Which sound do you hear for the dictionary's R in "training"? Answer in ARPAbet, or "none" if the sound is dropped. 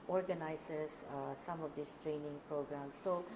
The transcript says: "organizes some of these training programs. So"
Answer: R